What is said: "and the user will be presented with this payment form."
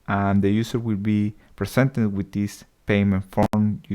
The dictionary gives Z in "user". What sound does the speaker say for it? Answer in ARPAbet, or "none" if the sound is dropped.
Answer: S